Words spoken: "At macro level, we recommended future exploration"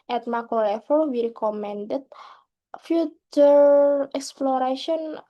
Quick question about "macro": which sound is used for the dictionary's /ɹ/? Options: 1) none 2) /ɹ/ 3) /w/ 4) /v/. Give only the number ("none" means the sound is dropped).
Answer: 1